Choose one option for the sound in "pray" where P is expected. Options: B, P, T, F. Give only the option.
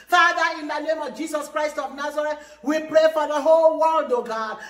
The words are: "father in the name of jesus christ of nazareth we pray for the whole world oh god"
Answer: P